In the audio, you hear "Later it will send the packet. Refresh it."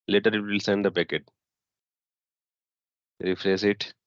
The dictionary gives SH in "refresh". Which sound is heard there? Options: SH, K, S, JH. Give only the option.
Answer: S